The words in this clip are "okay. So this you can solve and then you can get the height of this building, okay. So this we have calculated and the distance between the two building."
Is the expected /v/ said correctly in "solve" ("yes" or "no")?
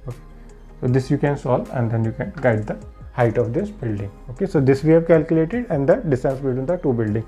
no